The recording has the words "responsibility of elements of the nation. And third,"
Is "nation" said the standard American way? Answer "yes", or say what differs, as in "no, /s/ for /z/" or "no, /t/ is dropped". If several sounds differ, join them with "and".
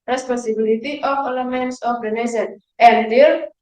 no, /s/ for /ʃ/